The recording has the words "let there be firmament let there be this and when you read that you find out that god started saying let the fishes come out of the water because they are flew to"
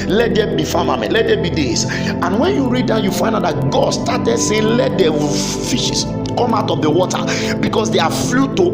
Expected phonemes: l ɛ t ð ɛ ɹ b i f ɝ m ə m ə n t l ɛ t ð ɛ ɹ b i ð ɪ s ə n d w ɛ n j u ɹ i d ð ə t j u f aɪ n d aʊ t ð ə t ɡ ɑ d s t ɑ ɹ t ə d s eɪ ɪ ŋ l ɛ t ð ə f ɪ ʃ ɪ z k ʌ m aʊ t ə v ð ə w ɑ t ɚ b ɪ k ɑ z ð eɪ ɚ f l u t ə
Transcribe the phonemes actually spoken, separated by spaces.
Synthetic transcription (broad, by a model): l ɛ t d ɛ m b i f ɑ m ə m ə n l ɛ t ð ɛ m b i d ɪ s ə n w ɛ n j u ɹ i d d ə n j u f aɪ n d aʊ t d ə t ɡ ɑ d s t ɑ t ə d s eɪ l ɛ t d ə f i ʃ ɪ s k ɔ m aʊ t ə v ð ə w ɑ t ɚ b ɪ k ɑ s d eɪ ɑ f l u t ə